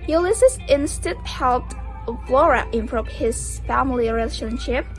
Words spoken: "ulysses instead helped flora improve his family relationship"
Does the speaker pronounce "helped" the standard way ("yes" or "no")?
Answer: yes